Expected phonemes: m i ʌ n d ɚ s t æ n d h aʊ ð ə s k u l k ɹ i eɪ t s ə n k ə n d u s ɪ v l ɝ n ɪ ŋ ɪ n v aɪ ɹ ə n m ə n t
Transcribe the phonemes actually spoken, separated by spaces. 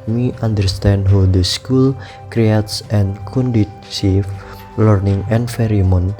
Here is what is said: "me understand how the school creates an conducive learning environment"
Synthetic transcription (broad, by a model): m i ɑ n d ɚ s t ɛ n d h aʊ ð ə s k u l k ɹ i eɪ t s ə n k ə n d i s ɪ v l ɝ n ɪ ŋ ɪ n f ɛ ɹ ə m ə n